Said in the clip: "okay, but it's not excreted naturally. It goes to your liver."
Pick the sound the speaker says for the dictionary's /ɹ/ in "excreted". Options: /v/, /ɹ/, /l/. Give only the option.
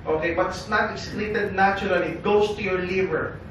/l/